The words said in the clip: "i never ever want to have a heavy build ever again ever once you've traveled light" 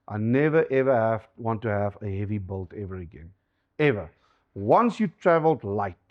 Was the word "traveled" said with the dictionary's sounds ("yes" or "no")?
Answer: yes